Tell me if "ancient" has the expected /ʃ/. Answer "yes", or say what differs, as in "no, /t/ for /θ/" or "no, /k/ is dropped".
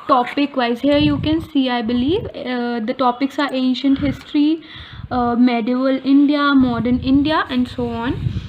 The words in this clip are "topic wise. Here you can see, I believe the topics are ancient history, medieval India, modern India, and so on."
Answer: yes